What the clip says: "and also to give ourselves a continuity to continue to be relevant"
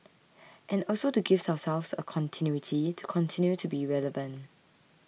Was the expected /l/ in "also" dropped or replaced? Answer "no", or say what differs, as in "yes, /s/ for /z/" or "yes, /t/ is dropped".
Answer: no